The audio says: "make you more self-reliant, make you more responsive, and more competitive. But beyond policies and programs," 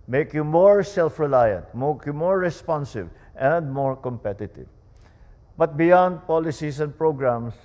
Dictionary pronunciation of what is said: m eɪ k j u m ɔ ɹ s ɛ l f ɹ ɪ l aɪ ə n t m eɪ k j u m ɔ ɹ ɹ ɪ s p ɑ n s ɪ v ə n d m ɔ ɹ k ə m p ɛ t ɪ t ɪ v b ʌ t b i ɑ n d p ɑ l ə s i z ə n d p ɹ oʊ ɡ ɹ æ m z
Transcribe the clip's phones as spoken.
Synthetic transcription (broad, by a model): m eɪ k j u m ɔ ɹ s ɛ l f ɹ ɪ l aɪ ə n t m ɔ k j u m ɔ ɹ ɹ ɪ s p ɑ n s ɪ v ə n d m ɔ ɹ k ə m p ɛ t ɪ t ɪ v b ʌ t b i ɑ n d p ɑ l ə s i s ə n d p ɹ oʊ ɡ ɹ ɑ m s